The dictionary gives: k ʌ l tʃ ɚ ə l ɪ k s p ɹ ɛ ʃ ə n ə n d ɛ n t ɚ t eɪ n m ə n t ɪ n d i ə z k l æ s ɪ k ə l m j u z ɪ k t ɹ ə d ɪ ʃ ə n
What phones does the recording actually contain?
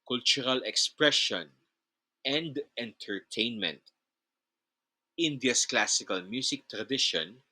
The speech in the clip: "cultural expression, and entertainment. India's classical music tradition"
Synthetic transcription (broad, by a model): k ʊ l tʃ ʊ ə l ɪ k s p ɹ ɛ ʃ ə n ə n d ɛ n t ɚ t eɪ n m ə n t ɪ n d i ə s k l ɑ s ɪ k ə l m j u s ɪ k t ɹ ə d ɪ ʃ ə n